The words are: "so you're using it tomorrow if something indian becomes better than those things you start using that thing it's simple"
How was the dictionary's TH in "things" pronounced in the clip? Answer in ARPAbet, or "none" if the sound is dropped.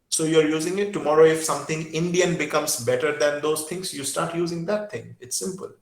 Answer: T